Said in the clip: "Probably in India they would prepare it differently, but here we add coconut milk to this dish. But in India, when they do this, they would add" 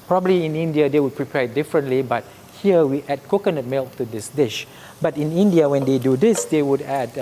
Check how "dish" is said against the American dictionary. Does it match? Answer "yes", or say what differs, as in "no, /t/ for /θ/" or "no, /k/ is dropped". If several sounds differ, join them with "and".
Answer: yes